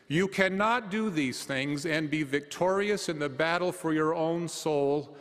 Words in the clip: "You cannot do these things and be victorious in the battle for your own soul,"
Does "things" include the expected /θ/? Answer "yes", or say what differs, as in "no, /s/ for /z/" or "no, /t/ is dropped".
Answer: yes